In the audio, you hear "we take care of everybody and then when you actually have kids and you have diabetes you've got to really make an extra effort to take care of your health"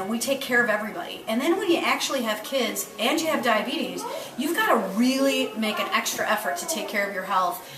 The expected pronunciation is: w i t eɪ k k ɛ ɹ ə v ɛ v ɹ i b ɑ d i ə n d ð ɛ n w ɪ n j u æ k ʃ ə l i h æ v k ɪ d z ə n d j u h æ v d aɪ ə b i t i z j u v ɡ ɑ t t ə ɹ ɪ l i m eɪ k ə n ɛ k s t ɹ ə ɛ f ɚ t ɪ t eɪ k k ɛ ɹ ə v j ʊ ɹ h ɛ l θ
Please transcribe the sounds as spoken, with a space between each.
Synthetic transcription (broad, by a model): w i t eɪ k k ɛ ɹ ə v ɛ v ɹ i b ɑ d i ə n ð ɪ n w ɪ n j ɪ æ k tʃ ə l i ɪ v k ɪ d z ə n j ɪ v d aɪ ə b i t i z j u v ɡ ɑ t t ə ɹ ɪ l i m eɪ k ə n ɛ k s t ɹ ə ɛ f ɚ t ɪ t eɪ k k ɛ ɹ ə v j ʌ ɹ h ɛ l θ